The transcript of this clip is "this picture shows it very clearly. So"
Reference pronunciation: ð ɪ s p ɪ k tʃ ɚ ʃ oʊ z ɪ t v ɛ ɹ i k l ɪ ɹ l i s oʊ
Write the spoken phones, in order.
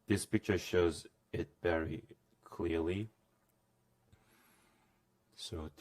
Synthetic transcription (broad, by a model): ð ɪ s p ɪ k tʃ ɚ ʃ oʊ z ɪ t v ɛ ɹ i k l ɪ ɹ l i s oʊ